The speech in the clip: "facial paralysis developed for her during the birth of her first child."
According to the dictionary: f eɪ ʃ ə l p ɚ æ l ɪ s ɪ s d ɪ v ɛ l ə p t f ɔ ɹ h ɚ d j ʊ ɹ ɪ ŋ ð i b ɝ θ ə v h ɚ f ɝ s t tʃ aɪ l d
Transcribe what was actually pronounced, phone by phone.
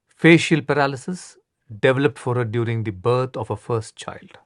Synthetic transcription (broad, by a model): f eɪ ʃ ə l p ɚ æ l ɪ s ɪ s d ɪ v ɛ l ə p t f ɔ ɹ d d j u ɹ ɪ ŋ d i b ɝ t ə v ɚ f ɝ s t tʃ aɪ l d